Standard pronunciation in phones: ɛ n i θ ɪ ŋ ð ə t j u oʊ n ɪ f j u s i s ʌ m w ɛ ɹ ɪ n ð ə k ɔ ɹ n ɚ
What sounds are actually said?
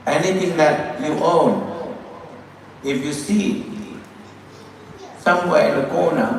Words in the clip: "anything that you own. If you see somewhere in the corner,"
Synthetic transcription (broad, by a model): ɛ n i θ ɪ ŋ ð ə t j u oʊ n ɪ f j u s i s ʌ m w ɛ l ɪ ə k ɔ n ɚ